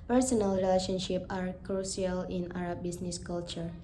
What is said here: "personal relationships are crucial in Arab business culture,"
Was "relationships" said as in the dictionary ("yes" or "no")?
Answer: no